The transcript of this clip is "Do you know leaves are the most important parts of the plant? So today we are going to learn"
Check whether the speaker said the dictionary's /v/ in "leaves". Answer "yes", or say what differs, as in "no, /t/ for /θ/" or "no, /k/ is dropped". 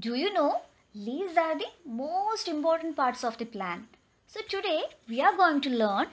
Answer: no, /v/ is dropped